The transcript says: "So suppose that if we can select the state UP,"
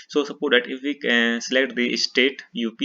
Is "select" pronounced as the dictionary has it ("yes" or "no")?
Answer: yes